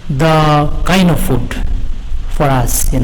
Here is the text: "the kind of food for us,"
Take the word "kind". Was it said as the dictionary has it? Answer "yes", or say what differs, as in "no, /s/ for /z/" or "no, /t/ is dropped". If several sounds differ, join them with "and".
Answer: no, /d/ is dropped